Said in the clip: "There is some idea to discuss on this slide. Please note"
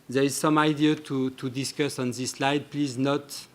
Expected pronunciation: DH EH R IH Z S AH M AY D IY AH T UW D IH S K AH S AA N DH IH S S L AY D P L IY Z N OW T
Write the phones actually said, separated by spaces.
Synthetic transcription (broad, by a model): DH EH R IH Z S AH M AY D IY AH T UW D IH S K AH S AA N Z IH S S L AY D P L IY Z N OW T